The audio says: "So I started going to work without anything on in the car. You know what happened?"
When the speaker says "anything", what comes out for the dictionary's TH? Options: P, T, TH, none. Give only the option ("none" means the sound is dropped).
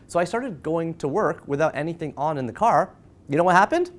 TH